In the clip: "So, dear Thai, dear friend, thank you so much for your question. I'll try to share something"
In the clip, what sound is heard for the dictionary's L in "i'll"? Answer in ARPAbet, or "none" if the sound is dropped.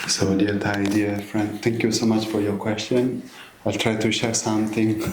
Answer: L